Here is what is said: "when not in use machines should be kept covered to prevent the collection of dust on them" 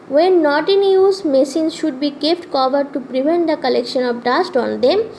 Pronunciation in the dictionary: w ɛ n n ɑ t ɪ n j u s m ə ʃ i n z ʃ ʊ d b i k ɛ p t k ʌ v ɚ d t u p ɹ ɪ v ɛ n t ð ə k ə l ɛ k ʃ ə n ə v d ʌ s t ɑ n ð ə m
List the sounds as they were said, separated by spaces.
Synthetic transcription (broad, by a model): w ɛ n n ɑ t ɪ n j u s m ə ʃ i n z ʃ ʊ d b i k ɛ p t k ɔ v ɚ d t u p ɹ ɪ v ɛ n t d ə k ə l ɛ k ʃ ə n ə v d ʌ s t ɑ n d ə m